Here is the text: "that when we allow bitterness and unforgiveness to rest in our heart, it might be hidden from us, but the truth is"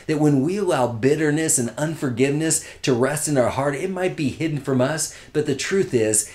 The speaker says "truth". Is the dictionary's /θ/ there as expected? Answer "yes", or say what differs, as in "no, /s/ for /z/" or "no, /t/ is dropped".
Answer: yes